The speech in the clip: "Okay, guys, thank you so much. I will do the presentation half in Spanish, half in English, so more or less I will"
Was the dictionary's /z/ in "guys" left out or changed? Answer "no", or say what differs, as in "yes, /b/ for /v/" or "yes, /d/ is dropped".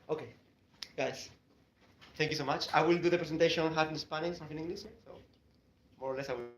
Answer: yes, /s/ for /z/